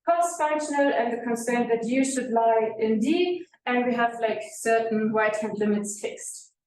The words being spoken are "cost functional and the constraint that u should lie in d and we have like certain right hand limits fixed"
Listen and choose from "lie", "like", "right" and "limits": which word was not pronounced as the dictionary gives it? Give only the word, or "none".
right